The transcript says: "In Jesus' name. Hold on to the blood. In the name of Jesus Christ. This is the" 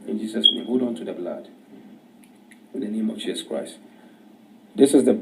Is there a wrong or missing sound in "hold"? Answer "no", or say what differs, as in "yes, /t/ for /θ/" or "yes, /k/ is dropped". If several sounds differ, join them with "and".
yes, /l/ is dropped